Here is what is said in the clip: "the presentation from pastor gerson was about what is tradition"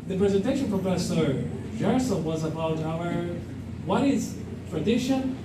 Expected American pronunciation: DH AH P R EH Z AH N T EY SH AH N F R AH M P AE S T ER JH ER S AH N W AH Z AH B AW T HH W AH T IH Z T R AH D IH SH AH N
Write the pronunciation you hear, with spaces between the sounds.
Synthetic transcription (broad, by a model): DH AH P R EH Z AH N T EY SH AH N P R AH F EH S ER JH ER S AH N W AH Z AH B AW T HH W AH T IH Z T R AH D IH SH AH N